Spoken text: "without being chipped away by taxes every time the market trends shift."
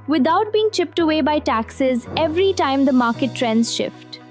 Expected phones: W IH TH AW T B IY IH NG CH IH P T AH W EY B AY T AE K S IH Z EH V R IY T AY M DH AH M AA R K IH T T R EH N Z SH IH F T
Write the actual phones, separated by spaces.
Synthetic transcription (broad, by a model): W IH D AW T B IY IH NG CH IH P T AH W EY B AY T AE K S IH Z EH V R IY T AY M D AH M AA R K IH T T R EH N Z SH IH F T